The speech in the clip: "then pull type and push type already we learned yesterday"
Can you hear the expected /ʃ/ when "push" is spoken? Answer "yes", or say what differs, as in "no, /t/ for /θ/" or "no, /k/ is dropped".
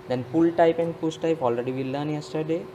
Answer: no, /s/ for /ʃ/